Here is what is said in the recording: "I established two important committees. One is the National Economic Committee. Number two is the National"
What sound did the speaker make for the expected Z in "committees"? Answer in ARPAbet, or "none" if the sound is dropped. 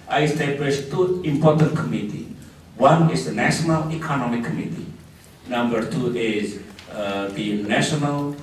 none